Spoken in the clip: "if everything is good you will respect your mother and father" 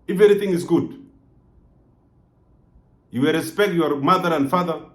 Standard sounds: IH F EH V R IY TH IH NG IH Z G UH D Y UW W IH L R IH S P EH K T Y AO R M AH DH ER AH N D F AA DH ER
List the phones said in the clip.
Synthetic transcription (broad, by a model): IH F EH R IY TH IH NG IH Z G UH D Y UW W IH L R IH S P EH K T Y AO R M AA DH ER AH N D F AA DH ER